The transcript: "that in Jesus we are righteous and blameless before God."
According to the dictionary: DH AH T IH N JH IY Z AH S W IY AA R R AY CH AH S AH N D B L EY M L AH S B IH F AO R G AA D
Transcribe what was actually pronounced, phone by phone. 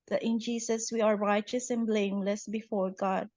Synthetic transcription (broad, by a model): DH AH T IH N JH IY S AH S W IY AA R R AY CH AH S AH N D B L EY M L AH S B IH F AO R G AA D